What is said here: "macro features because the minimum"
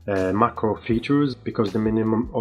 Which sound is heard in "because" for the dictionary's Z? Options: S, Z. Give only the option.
Z